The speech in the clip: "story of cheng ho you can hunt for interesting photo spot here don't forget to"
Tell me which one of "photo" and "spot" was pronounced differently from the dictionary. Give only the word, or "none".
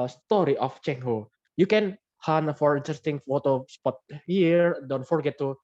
none